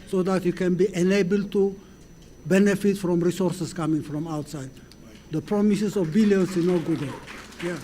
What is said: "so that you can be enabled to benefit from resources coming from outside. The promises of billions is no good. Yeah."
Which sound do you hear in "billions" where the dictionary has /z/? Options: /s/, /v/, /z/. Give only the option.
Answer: /s/